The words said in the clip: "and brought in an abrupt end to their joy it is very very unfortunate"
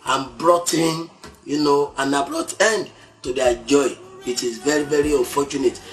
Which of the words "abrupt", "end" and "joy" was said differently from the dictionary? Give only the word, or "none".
abrupt